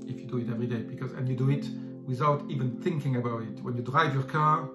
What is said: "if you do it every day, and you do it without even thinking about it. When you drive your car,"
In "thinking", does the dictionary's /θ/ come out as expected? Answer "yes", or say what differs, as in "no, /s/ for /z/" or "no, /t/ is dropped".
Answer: yes